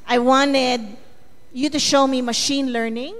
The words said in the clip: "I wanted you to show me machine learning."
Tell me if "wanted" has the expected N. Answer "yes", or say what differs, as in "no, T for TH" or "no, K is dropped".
yes